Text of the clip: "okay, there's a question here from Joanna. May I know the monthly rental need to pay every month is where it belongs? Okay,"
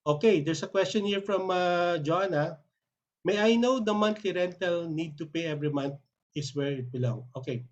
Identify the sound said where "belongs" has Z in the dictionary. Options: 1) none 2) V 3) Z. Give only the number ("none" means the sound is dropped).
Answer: 1